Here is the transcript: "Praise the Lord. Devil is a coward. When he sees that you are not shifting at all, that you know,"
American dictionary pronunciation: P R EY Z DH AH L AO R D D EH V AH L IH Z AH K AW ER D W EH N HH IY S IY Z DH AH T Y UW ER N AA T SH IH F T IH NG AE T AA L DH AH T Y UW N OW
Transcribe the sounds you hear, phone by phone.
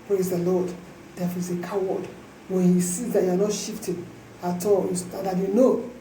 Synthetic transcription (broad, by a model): P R EY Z DH AH L AO D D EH F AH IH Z AH K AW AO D W EH N HH IY S IY Z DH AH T Y UW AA N AA T SH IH F T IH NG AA T AA L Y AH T Y UW N OW